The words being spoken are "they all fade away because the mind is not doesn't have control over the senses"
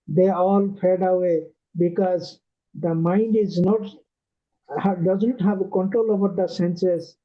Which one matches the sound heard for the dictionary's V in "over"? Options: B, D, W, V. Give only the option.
B